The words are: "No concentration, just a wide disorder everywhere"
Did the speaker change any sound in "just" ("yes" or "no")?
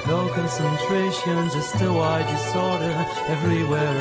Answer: yes